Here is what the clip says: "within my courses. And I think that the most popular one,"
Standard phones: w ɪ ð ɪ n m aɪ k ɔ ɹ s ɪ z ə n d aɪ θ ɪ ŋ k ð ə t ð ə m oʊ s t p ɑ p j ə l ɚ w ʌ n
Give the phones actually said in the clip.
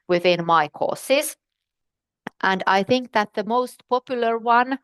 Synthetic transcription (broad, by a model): w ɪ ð ɪ n m aɪ k ɔ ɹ s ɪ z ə n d aɪ θ ɪ ŋ k ð ə t ð ə m oʊ s t p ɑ p j l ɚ w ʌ n